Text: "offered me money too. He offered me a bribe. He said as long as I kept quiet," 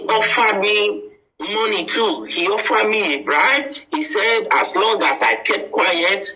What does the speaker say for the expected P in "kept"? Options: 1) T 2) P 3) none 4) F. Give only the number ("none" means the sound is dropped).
3